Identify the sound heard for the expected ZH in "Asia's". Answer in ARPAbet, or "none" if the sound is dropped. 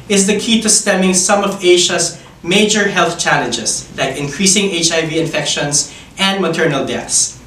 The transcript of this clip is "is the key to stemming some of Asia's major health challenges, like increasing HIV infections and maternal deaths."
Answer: SH